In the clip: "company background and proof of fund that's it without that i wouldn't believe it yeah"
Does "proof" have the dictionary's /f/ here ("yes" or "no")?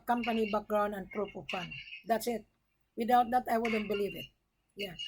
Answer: no